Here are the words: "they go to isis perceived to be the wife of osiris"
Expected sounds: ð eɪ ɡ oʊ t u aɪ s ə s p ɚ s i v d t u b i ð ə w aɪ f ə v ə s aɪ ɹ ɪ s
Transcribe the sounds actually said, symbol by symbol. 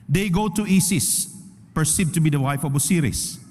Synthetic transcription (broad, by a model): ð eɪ ɡ oʊ t u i s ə s p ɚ s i d t u b i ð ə w aɪ f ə b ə s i ɹ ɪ s